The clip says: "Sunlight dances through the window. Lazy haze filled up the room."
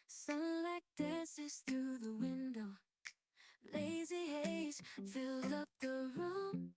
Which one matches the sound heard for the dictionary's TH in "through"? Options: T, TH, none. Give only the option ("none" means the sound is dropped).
TH